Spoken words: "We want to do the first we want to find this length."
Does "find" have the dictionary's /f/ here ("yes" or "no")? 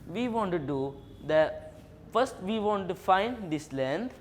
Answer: yes